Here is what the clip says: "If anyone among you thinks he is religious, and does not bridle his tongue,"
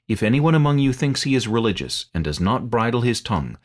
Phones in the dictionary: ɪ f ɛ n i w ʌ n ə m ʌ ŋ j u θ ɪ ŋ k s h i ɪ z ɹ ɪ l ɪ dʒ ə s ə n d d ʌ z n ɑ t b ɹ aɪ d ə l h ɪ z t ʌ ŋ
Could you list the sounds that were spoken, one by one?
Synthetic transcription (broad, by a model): ɪ f ɛ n i w ʌ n ə m ʌ ŋ j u θ ɪ ŋ k s h i ɪ z ɹ ɪ l ɪ dʒ ə s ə n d d ʌ z n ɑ t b ɹ aɪ d l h ɪ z t ʌ ŋ